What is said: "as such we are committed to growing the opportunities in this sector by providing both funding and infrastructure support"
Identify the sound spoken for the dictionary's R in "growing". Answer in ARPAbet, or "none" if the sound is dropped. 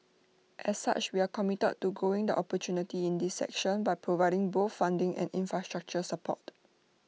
none